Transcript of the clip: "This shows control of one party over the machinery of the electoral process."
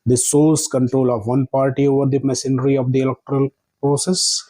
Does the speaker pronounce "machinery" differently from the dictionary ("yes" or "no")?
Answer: yes